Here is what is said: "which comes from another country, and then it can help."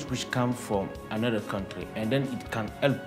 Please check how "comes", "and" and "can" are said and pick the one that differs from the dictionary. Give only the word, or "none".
comes